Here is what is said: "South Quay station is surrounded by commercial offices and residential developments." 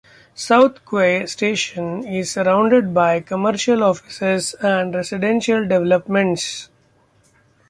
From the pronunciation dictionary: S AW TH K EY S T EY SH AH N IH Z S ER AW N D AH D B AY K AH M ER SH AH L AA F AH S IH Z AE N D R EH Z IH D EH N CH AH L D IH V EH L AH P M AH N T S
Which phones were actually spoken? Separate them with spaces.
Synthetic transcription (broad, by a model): S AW T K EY S T EY SH AH N IH Z S ER AW N D AH D B AY K AH M ER SH AH L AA F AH S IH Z AE N D R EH S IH D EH N SH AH L D IH V EH L AH P M AH N T S